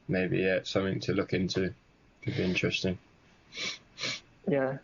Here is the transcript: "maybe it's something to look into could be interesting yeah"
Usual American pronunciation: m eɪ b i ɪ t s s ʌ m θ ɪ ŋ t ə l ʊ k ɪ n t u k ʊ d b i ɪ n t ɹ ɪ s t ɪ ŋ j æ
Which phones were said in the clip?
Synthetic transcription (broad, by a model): m eɪ b i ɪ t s s ʌ m θ ɪ ŋ t ə l ʊ k ɪ n t u k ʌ d b i ɪ n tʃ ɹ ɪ s t ɪ ŋ j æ